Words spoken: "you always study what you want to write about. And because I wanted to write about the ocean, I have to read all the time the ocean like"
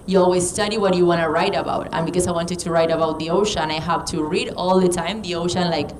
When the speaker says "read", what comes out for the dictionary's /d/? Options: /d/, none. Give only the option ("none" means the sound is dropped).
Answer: /d/